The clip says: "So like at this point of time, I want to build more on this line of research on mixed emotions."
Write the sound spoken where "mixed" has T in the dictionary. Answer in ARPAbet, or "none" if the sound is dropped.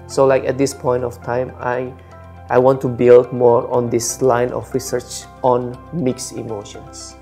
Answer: none